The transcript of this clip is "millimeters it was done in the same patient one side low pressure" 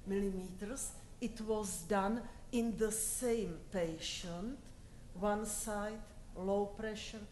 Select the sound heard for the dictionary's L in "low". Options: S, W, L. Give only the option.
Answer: L